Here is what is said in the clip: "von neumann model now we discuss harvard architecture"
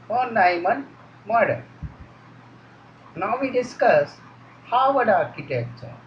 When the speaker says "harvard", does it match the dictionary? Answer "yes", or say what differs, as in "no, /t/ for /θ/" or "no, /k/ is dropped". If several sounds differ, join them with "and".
no, /w/ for /ɹ/